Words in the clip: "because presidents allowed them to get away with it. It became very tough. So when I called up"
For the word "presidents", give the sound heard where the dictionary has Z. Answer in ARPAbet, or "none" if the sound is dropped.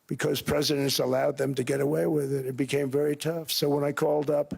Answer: Z